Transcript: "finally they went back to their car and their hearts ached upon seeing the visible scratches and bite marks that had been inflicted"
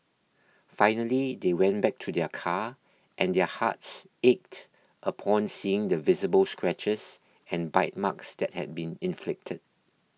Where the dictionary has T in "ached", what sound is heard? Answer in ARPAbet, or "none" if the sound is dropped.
T